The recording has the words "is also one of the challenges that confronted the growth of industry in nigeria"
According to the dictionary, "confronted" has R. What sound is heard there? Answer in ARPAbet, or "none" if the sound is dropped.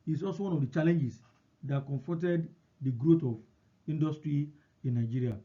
none